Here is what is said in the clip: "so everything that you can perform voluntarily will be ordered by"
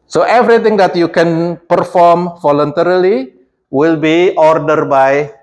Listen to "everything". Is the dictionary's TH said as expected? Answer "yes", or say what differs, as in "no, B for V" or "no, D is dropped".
no, T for TH